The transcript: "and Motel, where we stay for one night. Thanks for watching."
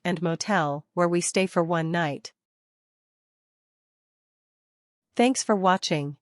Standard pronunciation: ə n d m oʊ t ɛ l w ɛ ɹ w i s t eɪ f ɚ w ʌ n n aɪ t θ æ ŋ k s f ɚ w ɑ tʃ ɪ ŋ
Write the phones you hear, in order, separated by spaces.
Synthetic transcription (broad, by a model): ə n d m oʊ t ɛ l w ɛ ɹ w i s t eɪ f ɚ w ʌ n n aɪ t θ æ ŋ k s f ɚ w ɑ tʃ ɪ ŋ